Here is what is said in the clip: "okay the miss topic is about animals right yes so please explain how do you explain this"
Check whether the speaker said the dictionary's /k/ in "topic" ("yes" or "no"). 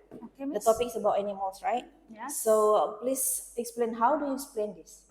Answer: yes